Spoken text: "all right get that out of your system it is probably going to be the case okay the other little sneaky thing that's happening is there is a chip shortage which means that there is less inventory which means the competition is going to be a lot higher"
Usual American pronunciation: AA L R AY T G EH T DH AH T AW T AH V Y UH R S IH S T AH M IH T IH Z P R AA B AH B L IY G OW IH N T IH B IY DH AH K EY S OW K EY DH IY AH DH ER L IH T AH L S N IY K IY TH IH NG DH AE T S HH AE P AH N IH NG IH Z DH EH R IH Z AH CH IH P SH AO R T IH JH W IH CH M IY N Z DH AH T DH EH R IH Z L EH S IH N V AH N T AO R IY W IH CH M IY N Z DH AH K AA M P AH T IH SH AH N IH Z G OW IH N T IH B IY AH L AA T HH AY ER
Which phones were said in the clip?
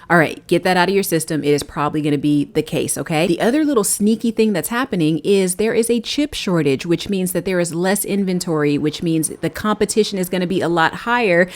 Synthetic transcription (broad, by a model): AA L R AY T G EH T DH AH T AW T AH V Y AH R S IH S T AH M IH T IH Z P R AA B AH B L IY G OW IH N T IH B IY DH AH K EY S OW K EY DH IY AH DH ER L IH T L S N IY K IY TH IH NG DH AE T S HH AE P AH N IH NG IH Z DH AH R IH Z AH CH IH P SH AO R T IH JH W IH CH M IY N Z DH AH T DH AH R IH Z L EH S IH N V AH N T AO R IY W IH CH M IY N Z DH AH K AA M P AH T IH SH AH N IH Z G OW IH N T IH B IY AH L AA T HH AY ER